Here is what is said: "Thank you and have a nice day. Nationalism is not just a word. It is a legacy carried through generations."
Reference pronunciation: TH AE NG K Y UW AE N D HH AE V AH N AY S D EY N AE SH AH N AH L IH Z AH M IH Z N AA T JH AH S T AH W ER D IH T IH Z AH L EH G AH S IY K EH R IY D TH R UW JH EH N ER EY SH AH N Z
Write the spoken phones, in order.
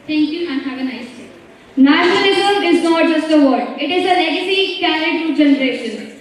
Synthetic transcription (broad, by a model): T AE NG K Y UW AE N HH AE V AH N AY S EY N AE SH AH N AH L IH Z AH IH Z N AA T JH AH S T AH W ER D IH T IH Z AH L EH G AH S IY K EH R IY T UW JH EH N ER EY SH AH N